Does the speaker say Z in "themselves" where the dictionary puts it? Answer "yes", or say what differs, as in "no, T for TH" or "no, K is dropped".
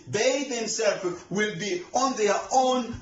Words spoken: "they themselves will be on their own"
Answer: no, Z is dropped